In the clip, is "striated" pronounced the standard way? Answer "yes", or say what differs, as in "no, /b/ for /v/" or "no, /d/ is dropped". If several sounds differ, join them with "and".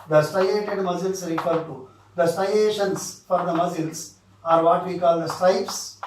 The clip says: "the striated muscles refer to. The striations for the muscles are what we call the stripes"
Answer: no, /ɹ/ is dropped